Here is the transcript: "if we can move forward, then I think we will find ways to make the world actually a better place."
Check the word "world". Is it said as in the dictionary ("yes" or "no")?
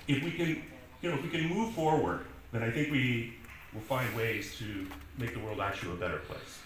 yes